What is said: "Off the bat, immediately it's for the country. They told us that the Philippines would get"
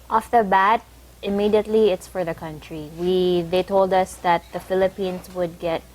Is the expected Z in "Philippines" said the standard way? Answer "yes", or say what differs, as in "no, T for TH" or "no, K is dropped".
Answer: no, S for Z